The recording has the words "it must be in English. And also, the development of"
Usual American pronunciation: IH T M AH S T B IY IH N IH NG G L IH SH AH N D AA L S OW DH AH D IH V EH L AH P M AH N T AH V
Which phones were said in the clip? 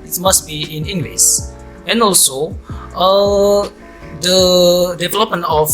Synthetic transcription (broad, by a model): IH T M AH S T B IY IH N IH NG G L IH S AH N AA L S OW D AH D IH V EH L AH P M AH N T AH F